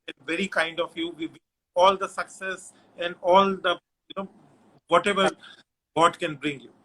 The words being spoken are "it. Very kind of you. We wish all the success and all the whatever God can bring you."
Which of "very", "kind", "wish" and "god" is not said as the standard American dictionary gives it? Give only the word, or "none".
wish